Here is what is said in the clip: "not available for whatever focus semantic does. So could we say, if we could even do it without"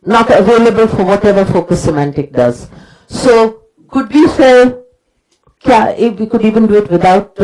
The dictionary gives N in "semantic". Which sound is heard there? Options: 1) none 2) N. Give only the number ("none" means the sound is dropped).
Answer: 2